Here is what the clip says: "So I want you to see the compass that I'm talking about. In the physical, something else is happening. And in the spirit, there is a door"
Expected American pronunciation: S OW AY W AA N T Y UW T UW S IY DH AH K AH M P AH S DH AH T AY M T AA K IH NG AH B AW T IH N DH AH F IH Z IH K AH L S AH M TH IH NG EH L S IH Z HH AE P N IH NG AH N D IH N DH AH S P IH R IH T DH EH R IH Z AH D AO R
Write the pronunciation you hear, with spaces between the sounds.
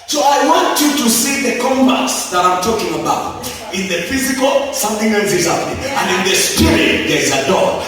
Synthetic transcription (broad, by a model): S OW AY W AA N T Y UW T UW S IY DH AH K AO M B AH S DH AH T AY M T AA K IH NG AH B AW T IH N DH AH F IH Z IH K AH L S AH M TH IH NG EH L S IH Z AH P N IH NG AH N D IH N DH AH S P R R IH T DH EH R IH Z AH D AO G